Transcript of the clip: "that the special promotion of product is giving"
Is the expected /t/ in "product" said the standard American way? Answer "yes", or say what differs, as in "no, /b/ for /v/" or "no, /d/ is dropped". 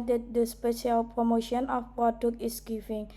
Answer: no, /t/ is dropped